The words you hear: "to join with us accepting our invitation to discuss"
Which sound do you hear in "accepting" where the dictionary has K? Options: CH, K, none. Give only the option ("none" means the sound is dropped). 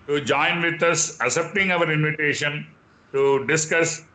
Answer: none